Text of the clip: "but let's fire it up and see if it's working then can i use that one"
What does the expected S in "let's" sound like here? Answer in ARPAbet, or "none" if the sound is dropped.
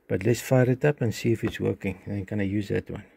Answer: S